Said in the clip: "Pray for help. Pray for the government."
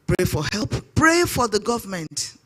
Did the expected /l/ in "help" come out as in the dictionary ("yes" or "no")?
yes